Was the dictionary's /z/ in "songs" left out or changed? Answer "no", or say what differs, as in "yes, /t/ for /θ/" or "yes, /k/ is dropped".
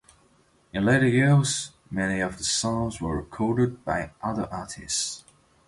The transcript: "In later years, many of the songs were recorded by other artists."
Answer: no